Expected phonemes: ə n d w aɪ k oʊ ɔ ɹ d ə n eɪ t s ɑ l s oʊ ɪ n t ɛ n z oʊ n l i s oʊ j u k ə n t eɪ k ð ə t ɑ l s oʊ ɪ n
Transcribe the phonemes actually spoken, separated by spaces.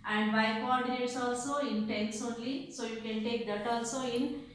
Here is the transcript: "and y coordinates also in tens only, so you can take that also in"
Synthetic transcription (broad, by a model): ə n d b aɪ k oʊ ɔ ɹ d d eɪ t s ɑ l s oʊ ɪ n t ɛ n s oʊ n l i s oʊ j u k ə n t eɪ k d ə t ɑ l s oʊ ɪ n